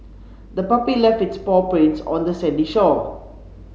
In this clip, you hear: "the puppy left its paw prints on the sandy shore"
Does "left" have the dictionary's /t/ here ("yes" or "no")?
no